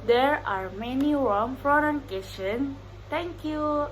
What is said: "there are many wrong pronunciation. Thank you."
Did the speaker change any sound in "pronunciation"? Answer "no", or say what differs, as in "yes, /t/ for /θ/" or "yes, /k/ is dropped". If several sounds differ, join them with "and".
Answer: yes, /f/ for /p/